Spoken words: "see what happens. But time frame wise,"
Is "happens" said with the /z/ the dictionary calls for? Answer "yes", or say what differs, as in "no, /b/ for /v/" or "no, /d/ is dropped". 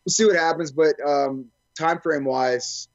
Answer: yes